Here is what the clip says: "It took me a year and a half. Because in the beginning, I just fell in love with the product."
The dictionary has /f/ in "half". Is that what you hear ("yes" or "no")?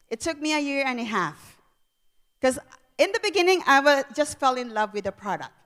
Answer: yes